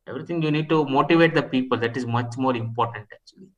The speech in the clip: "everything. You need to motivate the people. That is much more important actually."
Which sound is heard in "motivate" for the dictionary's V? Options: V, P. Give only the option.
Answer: V